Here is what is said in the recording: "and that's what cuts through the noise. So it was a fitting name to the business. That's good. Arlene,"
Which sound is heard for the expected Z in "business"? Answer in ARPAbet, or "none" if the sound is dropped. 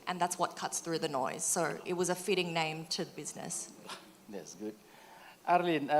Z